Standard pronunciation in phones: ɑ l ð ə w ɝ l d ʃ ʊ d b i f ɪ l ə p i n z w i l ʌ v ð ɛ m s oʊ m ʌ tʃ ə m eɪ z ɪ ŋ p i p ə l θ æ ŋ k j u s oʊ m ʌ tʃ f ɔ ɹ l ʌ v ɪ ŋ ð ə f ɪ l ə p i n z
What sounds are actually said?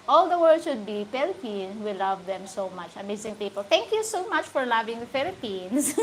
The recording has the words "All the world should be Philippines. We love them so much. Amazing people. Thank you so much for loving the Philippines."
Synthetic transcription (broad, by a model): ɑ l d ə w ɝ d ʃ ʊ d b i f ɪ l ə p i n s w i l ʌ v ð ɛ m s oʊ m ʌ tʃ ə m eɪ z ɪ ŋ p i p ə l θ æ ŋ k j u s oʊ m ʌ tʃ f ɔ ɹ l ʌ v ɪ ŋ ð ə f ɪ l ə p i n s